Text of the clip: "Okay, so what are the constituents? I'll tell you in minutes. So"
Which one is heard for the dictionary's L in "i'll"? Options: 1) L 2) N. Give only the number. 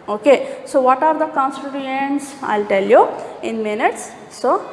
1